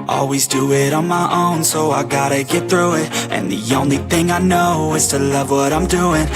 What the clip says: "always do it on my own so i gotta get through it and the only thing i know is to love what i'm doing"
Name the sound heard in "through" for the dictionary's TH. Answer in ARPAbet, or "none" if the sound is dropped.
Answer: TH